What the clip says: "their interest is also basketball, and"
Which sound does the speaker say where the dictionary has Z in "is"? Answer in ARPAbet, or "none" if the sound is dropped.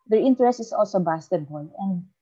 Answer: S